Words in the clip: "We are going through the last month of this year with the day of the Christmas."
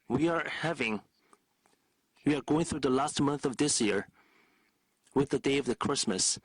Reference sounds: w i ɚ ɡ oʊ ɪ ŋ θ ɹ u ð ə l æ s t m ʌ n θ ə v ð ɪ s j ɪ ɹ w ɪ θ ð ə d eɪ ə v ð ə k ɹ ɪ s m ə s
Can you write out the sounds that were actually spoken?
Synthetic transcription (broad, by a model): w i ɚ ɡ oʊ ɪ ŋ θ ɹ u ð ə l æ s t m ʌ n θ ə v ð ɪ s j ɪ ɹ w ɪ ð ə d eɪ ə v ð ə k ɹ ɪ s m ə s